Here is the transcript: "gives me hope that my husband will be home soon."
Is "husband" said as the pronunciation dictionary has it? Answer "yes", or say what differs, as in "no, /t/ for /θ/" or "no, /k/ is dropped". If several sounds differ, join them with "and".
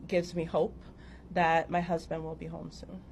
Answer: yes